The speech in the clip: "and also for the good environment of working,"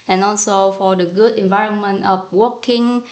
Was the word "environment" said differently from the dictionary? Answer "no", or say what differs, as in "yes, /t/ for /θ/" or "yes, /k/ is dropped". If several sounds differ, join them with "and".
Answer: no